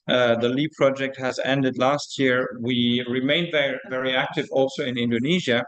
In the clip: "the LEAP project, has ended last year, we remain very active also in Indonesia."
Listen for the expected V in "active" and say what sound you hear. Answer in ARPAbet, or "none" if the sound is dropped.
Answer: V